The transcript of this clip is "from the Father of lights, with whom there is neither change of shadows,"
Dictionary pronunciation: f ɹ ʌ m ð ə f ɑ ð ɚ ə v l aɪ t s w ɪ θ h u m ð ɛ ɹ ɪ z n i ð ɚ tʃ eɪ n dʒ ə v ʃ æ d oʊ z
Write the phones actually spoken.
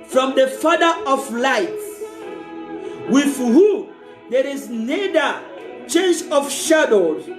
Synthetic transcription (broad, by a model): f ɹ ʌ m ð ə f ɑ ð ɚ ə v l aɪ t w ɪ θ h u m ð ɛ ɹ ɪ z n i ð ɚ tʃ eɪ n dʒ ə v ʃ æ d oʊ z